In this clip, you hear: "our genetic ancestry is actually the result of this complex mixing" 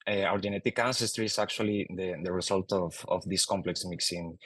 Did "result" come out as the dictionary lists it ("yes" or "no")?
no